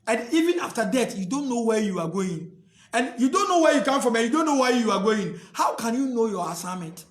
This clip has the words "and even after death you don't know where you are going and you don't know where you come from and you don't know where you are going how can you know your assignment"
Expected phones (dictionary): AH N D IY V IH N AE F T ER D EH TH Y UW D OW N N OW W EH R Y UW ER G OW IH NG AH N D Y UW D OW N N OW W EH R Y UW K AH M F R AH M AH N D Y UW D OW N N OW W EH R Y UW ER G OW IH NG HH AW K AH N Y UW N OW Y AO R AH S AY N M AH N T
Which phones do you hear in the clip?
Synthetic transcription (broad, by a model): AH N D IY V IH N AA F T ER D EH T Y UW D OW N N OW W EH Y UW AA G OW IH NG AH N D Y UW D OW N N OW W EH Y UW K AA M F R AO M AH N Y UW D OW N N OW W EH Y UW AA G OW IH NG HH AW K AH N Y UW N OW Y AO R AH S AY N M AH N T